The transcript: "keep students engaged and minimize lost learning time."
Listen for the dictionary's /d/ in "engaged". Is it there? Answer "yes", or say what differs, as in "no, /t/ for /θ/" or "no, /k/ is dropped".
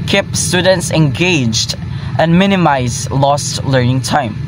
yes